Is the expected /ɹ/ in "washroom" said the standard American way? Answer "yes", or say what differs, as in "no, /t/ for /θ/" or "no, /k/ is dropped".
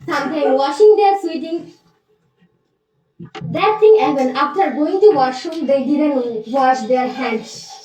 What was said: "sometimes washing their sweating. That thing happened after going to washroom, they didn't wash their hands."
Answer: no, /ɹ/ is dropped